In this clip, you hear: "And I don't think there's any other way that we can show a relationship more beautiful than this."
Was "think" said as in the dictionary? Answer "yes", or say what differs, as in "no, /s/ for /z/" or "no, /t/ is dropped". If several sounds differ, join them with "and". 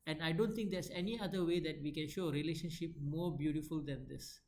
no, /t/ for /θ/